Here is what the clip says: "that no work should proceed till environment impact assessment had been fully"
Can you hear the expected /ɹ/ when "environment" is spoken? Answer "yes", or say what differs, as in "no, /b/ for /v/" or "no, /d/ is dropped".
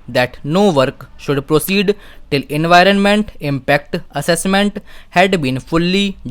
yes